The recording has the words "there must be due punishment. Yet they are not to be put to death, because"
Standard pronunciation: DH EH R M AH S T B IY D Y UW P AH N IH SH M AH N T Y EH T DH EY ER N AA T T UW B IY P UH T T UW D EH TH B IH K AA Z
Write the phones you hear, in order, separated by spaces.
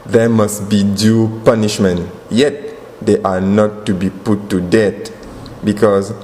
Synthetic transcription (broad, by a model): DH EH M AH S T B IY D Y UW P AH N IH SH M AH N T Y EH T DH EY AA N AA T T UW B IY P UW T T UW D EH T B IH K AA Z